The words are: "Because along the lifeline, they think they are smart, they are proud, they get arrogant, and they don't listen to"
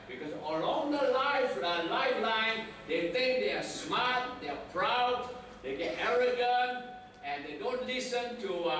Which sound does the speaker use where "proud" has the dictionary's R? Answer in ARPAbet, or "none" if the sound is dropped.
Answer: R